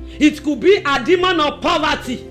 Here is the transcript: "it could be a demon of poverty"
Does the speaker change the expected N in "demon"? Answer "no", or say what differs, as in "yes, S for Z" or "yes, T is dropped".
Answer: no